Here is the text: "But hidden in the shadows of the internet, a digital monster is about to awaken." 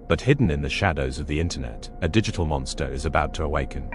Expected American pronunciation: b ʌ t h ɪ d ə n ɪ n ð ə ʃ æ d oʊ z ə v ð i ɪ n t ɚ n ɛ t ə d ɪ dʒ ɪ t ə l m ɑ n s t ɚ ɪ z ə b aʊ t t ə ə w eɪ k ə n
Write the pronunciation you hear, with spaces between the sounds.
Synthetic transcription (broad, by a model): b ʌ t h ɪ d n ɪ n ð ə ʃ æ d oʊ z ə v ð i ɪ n t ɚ n ɛ t ə d ɪ dʒ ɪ t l m ɑ n s t ɚ ɪ z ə b aʊ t t ə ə w eɪ k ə n